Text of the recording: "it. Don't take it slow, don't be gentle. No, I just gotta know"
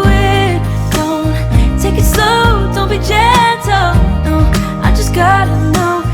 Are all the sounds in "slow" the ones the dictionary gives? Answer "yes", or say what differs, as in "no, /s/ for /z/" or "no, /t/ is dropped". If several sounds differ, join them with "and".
no, /l/ is dropped